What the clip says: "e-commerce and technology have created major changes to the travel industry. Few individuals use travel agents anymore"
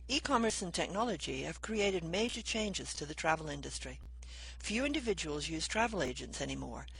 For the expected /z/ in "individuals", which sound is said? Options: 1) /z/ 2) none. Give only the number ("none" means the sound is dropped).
1